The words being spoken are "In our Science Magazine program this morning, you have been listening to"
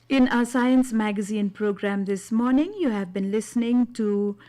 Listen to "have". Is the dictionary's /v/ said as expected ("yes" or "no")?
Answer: yes